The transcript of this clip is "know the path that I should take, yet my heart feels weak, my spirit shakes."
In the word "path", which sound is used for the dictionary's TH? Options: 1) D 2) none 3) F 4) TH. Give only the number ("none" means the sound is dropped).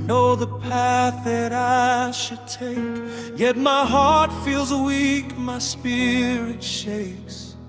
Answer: 4